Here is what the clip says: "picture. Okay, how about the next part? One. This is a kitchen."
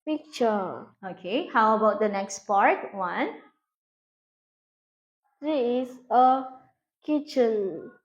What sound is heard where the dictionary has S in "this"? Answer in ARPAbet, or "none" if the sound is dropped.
none